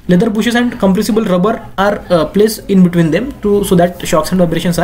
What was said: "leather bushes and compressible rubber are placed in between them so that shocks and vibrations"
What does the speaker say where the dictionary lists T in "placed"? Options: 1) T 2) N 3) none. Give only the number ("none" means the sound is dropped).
3